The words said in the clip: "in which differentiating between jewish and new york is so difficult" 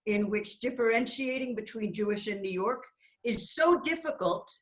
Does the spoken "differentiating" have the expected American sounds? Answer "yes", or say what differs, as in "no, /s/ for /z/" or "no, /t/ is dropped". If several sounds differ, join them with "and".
yes